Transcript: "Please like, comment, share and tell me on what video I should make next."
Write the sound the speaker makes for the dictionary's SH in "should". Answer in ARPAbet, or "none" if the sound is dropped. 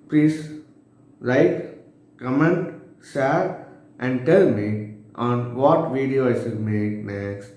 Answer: S